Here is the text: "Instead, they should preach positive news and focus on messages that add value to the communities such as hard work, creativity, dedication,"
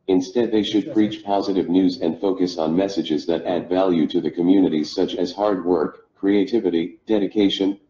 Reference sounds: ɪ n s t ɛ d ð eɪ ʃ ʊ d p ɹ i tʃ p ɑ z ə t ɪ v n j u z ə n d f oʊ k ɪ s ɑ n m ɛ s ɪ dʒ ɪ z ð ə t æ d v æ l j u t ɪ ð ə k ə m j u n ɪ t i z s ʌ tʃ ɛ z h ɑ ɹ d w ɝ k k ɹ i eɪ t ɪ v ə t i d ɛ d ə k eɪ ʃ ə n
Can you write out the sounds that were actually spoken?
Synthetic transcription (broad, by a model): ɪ n s t ɛ d ð eɪ ʃ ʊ d p ɹ i tʃ p ɑ z ə t ɪ v n j u z ə n d f oʊ k ɪ s n m ɛ s ɪ dʒ ɪ z ð ə t æ d v æ l j u t ɪ ð ə k ə m j u n ɪ t i z s ʌ tʃ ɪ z h ɑ ɹ d w ɝ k k ɹ i eɪ t ɪ v ə t i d ɛ d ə k eɪ ʃ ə n